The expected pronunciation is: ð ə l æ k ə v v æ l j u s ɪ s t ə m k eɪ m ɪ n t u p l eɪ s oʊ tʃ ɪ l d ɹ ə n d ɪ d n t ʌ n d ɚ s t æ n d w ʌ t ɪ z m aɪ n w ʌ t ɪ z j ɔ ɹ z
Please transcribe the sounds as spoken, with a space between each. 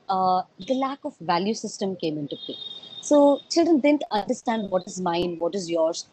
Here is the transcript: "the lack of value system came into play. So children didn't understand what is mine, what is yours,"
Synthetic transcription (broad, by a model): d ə l æ k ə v v æ l j u s ɪ s t ə m k eɪ m ɪ n t u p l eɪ s oʊ tʃ ɪ l d ɹ ə n d ɪ d n t ʌ n d ɚ s t æ n d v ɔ t ɪ z m aɪ n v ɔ t ɪ z j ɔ ɹ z